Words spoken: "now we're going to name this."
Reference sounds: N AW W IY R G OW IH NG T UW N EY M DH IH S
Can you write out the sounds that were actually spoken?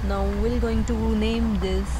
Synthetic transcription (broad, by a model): N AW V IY L G OW IH NG T UW N EY M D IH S